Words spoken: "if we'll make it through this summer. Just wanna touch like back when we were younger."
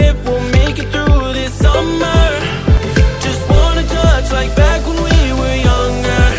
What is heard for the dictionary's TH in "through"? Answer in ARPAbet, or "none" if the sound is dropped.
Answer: TH